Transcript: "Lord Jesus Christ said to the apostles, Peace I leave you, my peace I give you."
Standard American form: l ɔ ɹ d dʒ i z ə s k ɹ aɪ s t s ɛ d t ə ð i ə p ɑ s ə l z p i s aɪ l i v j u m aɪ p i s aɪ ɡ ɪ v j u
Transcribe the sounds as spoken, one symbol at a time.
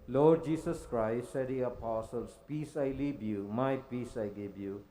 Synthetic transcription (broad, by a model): l ɔ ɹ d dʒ i s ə s k ɹ aɪ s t s ɛ d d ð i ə p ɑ s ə l s p i s aɪ l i b j u m aɪ p i s aɪ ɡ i b j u